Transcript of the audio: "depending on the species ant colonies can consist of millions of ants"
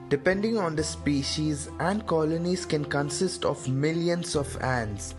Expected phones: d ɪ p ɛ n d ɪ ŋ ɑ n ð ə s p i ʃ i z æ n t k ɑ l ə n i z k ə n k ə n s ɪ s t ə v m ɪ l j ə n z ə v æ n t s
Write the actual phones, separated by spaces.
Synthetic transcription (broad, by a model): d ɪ p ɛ n d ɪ ŋ ɑ n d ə s p i ʃ i z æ n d k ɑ l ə n i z k ə n k ə n s ɪ s t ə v m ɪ l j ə n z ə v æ n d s